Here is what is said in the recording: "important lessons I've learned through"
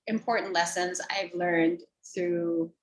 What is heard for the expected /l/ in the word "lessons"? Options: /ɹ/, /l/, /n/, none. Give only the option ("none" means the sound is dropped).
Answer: /l/